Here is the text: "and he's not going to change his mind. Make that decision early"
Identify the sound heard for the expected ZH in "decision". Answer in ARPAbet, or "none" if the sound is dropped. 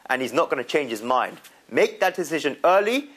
ZH